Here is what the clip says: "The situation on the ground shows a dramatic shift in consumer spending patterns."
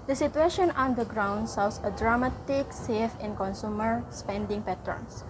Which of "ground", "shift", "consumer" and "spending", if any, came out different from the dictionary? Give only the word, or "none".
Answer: shift